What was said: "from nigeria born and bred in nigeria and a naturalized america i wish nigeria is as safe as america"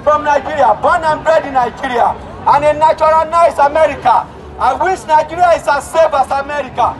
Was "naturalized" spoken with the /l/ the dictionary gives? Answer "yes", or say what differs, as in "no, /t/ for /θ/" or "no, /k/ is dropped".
no, /n/ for /l/